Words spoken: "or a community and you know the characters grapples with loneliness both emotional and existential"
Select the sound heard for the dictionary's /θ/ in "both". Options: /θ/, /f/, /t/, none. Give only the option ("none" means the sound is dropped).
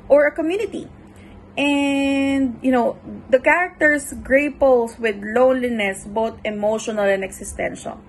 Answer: /t/